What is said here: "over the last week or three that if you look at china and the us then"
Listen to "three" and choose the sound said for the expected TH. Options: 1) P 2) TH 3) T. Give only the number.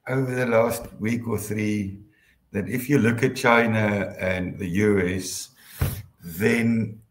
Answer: 2